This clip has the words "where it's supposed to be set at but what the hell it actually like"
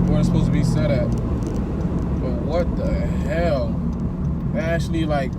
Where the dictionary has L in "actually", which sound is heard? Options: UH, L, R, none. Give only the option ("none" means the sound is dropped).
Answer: L